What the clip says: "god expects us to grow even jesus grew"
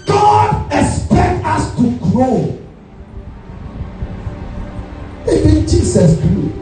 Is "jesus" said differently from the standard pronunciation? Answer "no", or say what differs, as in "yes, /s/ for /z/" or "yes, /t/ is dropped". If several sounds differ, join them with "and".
yes, /s/ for /z/